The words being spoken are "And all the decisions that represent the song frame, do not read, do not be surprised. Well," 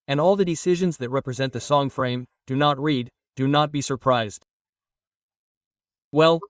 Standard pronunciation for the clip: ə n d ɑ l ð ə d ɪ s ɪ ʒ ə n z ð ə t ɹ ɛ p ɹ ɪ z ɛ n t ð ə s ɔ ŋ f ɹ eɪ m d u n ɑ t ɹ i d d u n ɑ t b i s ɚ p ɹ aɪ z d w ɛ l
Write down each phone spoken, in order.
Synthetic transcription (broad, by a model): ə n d ɑ l ð ə d ɪ s ɪ ʒ ə n z ð ə t ɹ ɛ p ɹ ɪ z ɛ n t ð ə s ɔ ŋ f ɹ eɪ m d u n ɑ t ɹ i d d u n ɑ t b i s ɚ p ɹ aɪ z d w ɛ l